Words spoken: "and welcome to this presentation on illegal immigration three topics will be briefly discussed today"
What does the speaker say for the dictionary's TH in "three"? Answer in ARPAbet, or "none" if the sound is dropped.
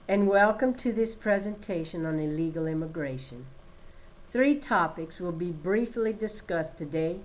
TH